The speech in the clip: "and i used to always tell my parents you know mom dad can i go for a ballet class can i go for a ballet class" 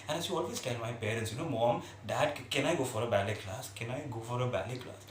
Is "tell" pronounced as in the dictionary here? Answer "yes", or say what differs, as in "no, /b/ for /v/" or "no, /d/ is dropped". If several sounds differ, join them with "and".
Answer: no, /n/ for /l/